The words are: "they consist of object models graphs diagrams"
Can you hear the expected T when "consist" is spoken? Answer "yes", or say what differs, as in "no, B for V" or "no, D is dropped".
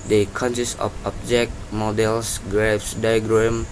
no, T is dropped